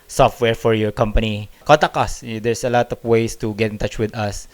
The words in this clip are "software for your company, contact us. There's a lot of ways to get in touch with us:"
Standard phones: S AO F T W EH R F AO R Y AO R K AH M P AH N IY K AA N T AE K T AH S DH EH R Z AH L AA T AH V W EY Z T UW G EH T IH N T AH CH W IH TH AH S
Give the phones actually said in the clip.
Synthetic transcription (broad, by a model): S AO F T W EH R F AO R Y AO R K AH M P AH N IY K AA T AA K AH S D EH R S AH L AA T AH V W EY S T UW G EH T IH N T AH CH W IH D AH S